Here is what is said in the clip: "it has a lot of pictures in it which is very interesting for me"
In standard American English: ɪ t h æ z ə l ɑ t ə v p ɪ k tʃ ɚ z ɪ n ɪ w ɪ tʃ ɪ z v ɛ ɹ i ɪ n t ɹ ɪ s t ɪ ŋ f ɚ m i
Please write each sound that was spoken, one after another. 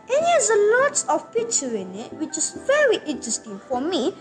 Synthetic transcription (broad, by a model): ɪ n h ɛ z ə l ɑ t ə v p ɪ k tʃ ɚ ɪ n ɪ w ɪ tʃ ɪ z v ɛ ɹ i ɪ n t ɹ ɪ s t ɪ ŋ f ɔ m i